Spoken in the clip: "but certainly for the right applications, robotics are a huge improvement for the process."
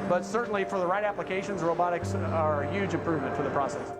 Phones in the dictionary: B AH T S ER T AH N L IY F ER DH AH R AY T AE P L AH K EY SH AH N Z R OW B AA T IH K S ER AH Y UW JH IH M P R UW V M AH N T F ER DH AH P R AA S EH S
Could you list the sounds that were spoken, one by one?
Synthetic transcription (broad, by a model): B AH T S ER T N L IY F ER DH AH R AY T AE P L AH K EY SH AH N Z R OW B AA T IH K S ER Y UW JH IH M P R UW V M AH N T F ER DH AH P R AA S EH S